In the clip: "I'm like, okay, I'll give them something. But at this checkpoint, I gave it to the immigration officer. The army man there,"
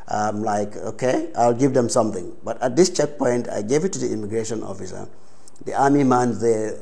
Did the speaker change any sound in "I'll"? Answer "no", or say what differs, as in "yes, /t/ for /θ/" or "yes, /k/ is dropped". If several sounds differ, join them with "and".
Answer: no